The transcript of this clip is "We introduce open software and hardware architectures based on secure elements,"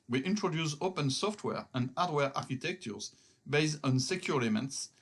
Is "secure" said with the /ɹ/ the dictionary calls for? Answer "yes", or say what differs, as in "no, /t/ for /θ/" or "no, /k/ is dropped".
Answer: no, /l/ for /ɹ/